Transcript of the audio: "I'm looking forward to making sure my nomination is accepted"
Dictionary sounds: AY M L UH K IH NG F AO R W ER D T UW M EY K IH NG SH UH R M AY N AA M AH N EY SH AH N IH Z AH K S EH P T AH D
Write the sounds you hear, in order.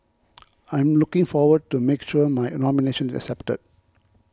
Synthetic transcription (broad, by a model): AY M L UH K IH NG F AO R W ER D T UW M EY K SH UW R M AY N AA M AH N EY SH AH N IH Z AH K S EH P T AH D